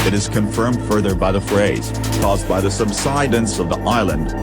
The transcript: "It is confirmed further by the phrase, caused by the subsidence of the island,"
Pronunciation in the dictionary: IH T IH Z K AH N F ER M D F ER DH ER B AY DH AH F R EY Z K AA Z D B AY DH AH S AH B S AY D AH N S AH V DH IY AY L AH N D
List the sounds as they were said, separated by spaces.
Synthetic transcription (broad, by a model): IH T IH Z K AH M F ER M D F ER DH ER B AY DH AH F R EY Z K AA Z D B AY DH AH S AH B S AY D AH N S AH V DH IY AY L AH N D